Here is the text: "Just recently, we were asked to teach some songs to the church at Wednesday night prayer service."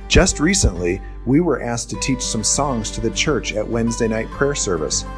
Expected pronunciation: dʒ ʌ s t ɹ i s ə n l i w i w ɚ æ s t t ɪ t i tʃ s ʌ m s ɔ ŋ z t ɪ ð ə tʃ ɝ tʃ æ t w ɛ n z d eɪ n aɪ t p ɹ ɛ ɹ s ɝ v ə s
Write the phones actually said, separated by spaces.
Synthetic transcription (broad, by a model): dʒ ʌ s t ɹ i s ə n l i w i w ɚ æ s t t ɪ t i tʃ s ʌ m s ɔ ŋ z t ɪ ð ə tʃ ɝ tʃ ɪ t w ɛ n z d eɪ n aɪ t p ɹ ɛ ɹ s ɝ v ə s